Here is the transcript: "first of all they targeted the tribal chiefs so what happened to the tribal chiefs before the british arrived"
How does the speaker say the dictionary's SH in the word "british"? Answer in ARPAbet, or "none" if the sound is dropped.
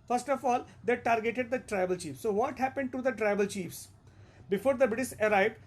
S